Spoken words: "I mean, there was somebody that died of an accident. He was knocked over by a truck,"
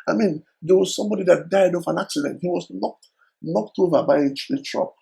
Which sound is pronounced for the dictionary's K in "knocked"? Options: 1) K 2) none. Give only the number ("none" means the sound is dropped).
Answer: 1